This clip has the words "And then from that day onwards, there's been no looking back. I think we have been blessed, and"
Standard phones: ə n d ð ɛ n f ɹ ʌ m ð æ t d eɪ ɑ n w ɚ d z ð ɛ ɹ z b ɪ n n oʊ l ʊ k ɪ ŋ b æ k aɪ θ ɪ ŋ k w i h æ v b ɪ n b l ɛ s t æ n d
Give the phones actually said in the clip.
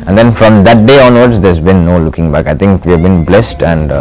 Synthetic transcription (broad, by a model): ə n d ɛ n f ɹ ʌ m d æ t d eɪ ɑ n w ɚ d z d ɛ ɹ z b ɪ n n oʊ l ʊ k ɪ ŋ b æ k aɪ t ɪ ŋ k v i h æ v b ɪ n b l ɛ s t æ n d